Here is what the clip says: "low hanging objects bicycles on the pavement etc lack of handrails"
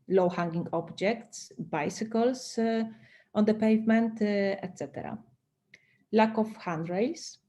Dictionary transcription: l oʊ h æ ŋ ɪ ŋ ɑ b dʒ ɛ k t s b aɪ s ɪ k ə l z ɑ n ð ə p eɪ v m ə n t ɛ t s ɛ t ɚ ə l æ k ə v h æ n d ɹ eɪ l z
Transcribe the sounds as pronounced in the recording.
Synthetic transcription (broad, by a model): l oʊ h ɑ ŋ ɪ ŋ ɑ b dʒ ɛ k t s b aɪ s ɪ k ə l s ɑ n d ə p eɪ v m ə n t ɛ t s ɛ t ɚ ə l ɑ k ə f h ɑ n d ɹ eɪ l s